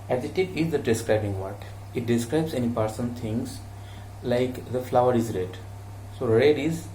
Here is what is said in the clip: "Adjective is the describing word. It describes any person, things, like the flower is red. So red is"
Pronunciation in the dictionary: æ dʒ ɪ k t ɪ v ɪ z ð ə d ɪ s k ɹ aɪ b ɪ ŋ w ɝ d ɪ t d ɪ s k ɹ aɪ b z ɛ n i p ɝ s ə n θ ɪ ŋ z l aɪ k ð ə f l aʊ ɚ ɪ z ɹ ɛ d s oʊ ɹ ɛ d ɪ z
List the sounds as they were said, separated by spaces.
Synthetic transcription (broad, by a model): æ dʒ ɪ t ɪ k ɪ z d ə d ɪ s k ɹ aɪ b ɪ ŋ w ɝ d ɪ t d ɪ s k ɹ aɪ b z ɛ n i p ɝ s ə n t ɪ ŋ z l aɪ k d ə f l aʊ ɚ ɪ z ɹ ɛ d s oʊ ɹ ɛ d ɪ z